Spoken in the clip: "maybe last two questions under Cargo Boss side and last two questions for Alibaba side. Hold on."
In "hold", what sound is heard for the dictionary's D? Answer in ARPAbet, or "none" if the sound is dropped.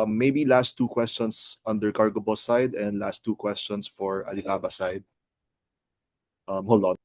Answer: none